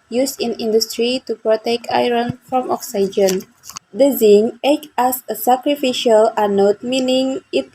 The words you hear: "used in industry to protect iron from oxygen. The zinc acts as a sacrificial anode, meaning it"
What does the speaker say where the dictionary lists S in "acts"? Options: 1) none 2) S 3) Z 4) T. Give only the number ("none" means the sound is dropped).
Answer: 1